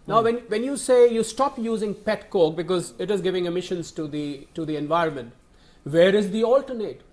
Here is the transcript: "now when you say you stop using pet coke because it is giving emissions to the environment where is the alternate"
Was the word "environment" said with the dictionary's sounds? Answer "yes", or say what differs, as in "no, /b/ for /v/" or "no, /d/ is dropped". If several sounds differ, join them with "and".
yes